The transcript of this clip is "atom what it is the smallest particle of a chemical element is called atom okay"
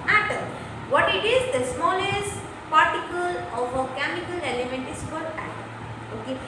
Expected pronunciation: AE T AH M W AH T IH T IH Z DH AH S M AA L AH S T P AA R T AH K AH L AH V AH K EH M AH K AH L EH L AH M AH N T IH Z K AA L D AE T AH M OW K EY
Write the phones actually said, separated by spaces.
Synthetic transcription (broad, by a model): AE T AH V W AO T IH T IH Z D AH S M AA L AH S T P AA R T AH K AH L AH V AH K EH M AH K AH L EH L AH M AH N T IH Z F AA D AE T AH OW K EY